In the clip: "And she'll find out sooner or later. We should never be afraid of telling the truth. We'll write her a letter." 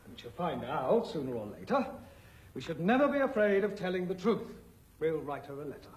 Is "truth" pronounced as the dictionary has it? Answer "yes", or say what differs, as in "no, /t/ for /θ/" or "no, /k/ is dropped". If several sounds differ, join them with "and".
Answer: yes